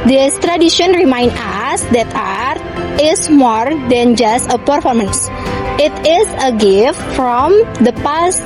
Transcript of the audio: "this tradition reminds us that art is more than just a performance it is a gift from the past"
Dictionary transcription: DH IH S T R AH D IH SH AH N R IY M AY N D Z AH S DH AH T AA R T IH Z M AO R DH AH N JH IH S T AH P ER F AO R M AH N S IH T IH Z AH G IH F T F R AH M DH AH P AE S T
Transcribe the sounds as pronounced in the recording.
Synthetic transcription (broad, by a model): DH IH S T R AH D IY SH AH N R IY M AY N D AH S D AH T AA R T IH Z M AO R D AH N JH IH S T AH P ER F AO R M AH N S IH T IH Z AH G IH F T F R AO M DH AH P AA S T